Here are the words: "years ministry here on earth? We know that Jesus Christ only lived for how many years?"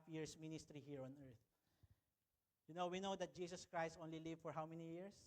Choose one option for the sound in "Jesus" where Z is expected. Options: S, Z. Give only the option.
S